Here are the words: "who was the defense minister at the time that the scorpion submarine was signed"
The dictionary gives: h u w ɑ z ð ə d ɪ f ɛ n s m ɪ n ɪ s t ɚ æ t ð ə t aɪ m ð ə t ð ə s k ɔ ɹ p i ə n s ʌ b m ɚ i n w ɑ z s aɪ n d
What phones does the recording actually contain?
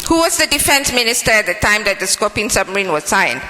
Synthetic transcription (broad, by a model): h u w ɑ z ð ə d ɪ f ɛ n s m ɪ n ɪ s t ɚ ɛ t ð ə t aɪ m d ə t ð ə s k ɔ p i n s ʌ m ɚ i n w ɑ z s aɪ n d